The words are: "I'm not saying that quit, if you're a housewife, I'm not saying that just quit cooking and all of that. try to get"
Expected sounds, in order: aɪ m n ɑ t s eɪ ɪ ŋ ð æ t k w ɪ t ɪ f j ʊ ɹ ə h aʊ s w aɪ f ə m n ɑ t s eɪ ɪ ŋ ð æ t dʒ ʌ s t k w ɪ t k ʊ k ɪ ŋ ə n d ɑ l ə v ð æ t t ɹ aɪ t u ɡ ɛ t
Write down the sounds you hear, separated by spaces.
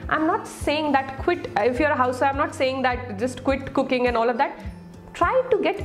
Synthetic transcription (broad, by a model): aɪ m n ɑ t s eɪ ɪ ŋ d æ t k w ɪ t ɪ f j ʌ ɹ ə h aʊ s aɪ ə m n ɑ t s eɪ ɪ ŋ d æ t dʒ ʌ s t k w ɪ t k ʊ k ɪ ŋ ə n d ɑ l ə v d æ t t ɹ aɪ t u ɡ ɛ t